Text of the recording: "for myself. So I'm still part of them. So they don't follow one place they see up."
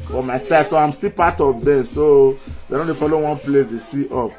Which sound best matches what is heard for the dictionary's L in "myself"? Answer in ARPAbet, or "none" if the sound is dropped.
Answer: none